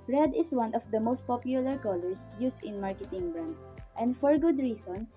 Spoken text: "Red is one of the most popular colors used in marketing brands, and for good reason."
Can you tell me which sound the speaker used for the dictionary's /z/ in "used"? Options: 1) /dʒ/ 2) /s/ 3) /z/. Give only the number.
2